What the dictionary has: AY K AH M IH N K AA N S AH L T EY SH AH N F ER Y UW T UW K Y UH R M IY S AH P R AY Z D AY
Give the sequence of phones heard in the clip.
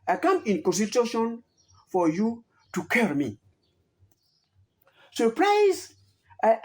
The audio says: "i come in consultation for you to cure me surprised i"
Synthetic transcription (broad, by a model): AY K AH M IH N K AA N S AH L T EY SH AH N F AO Y UW T UW K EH R M IY S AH P R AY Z AY